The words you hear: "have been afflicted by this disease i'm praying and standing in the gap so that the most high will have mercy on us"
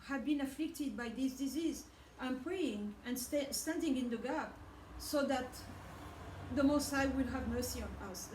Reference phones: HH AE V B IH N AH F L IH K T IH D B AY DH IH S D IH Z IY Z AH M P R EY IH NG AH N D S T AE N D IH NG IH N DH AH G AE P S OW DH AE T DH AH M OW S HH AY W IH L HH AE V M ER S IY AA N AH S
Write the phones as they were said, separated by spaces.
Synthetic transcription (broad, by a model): HH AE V B IH N AH F L IH K T IH D B AY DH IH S D IH Z IY Z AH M P R EY IH NG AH N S S T AE N D IH NG IH N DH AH G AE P S OW DH AE T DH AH M OW S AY W IH L HH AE V M ER S IY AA N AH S